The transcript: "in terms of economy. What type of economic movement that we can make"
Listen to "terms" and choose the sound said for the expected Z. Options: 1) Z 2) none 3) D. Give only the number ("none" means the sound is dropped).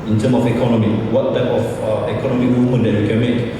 2